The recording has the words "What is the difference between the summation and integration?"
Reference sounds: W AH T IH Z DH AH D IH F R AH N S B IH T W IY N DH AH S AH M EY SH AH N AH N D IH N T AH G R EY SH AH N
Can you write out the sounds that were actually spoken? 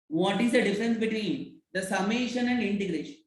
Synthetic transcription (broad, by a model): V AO T IH Z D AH D IH F R AH N S B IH T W IY N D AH S AH M EY SH AH N AH N D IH N T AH G R EY SH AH N